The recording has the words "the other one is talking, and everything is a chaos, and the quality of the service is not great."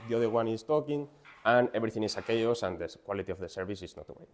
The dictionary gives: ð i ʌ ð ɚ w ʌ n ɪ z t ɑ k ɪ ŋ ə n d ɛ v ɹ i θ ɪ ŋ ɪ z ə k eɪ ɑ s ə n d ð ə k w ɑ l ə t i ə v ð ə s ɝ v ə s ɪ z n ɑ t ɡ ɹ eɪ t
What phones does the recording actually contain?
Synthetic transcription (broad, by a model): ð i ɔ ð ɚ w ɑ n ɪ s t ɑ k ɪ ŋ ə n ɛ b ɹ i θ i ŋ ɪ s ə k eɪ ɑ s ə n d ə k w ɑ l ə t i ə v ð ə s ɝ b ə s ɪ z n ɑ t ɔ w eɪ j